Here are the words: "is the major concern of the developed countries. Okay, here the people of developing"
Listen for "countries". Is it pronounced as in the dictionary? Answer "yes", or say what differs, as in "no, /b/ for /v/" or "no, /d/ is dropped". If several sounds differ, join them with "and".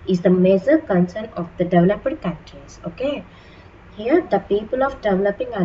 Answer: no, /ɹ/ is dropped